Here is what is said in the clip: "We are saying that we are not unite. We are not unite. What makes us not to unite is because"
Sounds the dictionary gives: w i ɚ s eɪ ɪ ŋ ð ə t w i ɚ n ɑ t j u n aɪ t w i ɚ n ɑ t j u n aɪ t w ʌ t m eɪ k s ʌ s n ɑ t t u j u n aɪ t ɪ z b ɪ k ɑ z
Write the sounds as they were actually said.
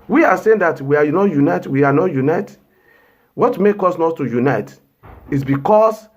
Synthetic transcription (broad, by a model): w i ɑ s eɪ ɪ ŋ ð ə t w i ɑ n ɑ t j u n aɪ t w i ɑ n ɑ t j u n aɪ t w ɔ t m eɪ k ɔ s n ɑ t t u j u n aɪ t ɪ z b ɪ k ɑ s